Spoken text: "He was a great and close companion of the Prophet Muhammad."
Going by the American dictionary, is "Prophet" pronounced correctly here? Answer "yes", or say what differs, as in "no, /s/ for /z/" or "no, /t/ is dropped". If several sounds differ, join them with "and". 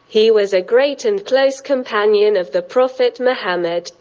yes